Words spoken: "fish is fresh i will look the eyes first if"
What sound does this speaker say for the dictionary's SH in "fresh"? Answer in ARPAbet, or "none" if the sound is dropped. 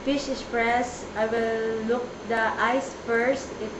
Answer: S